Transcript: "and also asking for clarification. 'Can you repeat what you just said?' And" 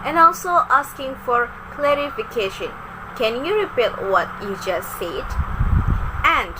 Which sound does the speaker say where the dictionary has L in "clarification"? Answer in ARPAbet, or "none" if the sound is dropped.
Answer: L